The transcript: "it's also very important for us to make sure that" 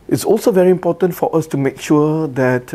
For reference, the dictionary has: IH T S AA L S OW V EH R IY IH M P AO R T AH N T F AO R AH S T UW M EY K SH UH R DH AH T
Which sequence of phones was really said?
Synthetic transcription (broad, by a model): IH T S AA L S OW V EH R IY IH M P AO T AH N T F AO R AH S T UW M EY K SH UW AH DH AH T